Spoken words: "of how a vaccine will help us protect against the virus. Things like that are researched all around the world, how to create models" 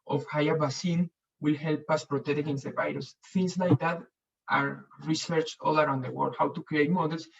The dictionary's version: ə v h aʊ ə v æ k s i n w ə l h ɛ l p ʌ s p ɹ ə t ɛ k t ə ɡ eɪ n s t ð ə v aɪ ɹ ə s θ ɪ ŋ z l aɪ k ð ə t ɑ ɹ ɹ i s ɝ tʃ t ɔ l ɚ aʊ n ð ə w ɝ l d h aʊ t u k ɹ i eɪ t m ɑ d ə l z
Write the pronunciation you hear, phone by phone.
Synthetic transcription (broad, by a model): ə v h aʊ ə b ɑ s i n w ə l h ɛ l p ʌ s p ɹ ə t ɛ k t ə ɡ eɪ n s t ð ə v aɪ ɹ ə s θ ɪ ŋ s l aɪ k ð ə t ɑ ɹ ɹ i s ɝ tʃ ɔ l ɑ aʊ n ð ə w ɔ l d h aʊ t u k ɹ i eɪ t m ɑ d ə l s